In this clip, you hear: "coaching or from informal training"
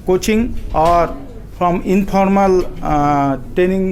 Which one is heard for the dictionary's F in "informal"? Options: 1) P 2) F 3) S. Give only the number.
1